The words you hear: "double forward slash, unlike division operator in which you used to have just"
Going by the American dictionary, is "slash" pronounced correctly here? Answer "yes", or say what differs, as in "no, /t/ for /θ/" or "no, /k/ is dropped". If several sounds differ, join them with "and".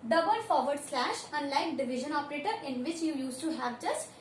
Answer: yes